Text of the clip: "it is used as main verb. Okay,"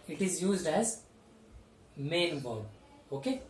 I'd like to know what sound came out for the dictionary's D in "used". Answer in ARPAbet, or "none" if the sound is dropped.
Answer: D